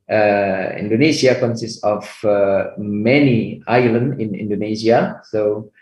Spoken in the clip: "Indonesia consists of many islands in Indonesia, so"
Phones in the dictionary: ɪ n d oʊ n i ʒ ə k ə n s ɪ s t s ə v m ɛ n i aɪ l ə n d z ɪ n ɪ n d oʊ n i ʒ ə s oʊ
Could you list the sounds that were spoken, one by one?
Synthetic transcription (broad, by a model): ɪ n d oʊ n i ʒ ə k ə n s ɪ s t ə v m ɛ n i aɪ l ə n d ɪ n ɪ n d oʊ n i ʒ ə s oʊ